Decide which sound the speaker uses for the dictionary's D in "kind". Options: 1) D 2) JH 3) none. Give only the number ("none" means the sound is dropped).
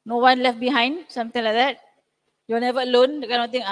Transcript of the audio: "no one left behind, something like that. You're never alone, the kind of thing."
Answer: 3